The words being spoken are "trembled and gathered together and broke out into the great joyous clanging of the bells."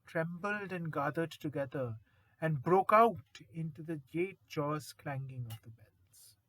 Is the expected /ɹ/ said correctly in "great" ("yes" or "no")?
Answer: no